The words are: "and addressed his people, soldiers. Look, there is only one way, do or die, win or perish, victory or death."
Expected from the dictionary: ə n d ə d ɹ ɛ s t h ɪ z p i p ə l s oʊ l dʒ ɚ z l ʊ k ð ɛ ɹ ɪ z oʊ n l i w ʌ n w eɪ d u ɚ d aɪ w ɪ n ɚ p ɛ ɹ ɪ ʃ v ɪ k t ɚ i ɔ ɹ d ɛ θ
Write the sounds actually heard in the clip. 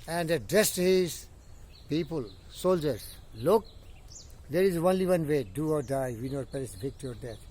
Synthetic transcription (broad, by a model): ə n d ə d ɛ s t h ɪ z p i p ə l s oʊ l dʒ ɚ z l ʊ k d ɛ ɹ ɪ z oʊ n l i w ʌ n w eɪ d u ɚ d aɪ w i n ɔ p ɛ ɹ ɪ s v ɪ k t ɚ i ɔ ɹ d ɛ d